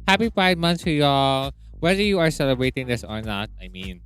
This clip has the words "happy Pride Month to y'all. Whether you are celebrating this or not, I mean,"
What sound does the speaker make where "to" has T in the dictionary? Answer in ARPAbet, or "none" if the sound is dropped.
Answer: S